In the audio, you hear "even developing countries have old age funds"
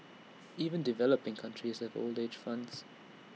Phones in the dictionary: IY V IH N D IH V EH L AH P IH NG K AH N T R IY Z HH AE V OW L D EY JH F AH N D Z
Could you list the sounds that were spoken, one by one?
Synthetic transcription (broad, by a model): IY V IH N D IH V EH L AH P IH NG K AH N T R IY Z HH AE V OW L D EY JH F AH N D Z